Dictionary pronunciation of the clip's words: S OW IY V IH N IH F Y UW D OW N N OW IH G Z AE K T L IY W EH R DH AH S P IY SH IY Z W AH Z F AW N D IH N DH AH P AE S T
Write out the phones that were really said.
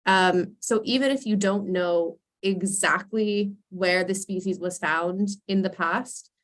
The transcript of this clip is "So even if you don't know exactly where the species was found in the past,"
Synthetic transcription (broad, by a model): S OW IY V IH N IH F Y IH D OW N N OW IH G Z AE K T L IY W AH R DH AH S P IY SH IY Z W AH Z F AW N D IH N DH AH P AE S T